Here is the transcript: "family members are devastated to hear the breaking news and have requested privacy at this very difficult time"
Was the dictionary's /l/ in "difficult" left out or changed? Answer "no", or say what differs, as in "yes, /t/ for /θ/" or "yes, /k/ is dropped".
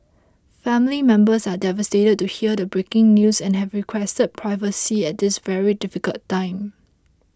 no